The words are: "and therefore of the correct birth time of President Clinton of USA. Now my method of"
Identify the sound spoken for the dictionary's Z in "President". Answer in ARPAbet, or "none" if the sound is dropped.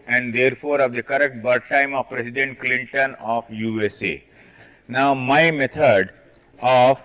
S